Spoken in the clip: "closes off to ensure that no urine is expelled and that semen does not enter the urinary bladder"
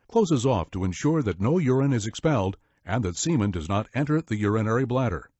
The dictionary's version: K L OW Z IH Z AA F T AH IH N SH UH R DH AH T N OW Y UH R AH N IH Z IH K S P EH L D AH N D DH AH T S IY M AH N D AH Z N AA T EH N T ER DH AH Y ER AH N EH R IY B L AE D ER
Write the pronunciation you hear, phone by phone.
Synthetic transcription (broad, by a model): K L OW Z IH Z AA F T AH IH N SH UH R DH AH T N OW Y UH R AH N IH Z IH K S P EH L D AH N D DH AH T S IY M AH N D AH Z N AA T EH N T ER DH AH Y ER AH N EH R IY B L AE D ER